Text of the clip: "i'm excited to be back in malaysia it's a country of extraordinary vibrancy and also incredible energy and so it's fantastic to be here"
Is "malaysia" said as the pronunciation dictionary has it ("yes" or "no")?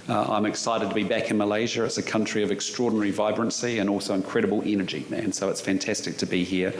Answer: yes